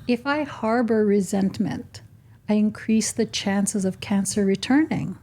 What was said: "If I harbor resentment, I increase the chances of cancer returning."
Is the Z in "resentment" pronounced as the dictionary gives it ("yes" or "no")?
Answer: yes